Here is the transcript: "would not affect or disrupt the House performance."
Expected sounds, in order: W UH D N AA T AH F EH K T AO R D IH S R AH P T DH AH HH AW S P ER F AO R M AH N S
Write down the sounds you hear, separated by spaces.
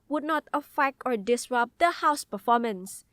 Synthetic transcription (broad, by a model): W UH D N AA T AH F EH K AO R D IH S R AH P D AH HH AW S P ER F AO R M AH N S